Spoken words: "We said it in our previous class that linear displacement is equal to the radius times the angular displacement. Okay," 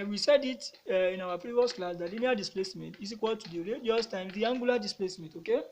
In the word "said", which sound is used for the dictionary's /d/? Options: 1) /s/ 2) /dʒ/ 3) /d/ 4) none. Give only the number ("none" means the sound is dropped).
3